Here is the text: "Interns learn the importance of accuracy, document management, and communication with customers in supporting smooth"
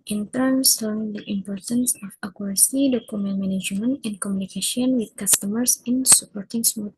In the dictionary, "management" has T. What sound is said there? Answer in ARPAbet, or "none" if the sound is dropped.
none